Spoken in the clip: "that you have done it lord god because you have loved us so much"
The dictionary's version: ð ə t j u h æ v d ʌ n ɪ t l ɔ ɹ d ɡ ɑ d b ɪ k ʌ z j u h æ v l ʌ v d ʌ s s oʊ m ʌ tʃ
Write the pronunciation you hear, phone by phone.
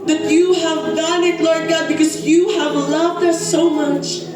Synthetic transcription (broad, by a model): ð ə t j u h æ v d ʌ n ɪ t l ɔ ɹ d ɡ ɑ d b ɪ k ʌ z j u h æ v l ʌ v d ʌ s s oʊ m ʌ tʃ